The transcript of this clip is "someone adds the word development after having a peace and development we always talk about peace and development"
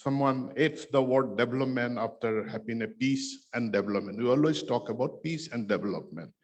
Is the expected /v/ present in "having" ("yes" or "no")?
no